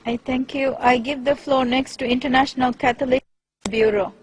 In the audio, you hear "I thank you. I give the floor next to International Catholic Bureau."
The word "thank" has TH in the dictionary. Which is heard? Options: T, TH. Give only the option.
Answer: T